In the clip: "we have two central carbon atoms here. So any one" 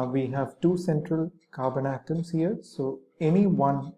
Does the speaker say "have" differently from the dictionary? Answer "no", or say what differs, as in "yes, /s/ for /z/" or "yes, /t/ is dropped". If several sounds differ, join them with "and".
no